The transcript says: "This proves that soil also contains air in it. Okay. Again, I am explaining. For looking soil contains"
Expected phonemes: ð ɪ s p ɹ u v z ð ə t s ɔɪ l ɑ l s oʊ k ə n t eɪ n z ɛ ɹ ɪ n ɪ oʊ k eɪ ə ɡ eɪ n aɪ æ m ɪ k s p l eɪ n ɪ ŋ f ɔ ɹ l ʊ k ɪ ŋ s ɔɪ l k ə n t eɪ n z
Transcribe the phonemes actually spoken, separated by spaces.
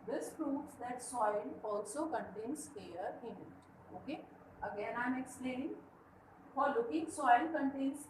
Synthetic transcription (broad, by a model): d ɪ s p ɹ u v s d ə t s ɔɪ l ɑ l s oʊ k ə n t eɪ n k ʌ ɹ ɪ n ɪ oʊ k eɪ ə ɡ eɪ n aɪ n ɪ k s l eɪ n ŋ f ɔ ɹ l ʊ k ɪ ŋ s ɔɪ l k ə n t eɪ n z